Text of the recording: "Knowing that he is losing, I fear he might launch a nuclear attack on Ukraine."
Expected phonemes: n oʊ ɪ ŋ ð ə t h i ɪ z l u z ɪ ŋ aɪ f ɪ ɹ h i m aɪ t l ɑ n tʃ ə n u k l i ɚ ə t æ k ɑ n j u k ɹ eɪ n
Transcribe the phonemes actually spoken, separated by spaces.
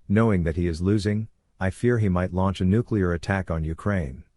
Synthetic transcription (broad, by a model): n oʊ ɪ ŋ ð ə t h i ɪ z l u z ɪ ŋ aɪ f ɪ ɹ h i m aɪ t l ɑ n tʃ ə n u k l i ɚ ə t æ k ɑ n j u k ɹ eɪ n